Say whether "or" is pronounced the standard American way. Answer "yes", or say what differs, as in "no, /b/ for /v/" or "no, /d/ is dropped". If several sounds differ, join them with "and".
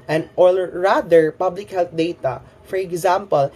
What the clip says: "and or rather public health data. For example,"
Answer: no, /l/ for /ɹ/